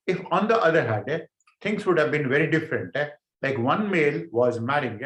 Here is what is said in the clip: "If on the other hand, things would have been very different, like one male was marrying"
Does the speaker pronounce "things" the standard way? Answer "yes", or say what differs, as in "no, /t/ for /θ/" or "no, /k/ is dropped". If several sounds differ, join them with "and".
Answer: no, /t/ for /θ/